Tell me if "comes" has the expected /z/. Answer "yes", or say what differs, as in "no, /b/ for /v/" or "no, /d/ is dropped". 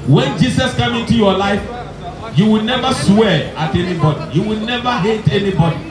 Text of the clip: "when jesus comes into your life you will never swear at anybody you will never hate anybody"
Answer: no, /z/ is dropped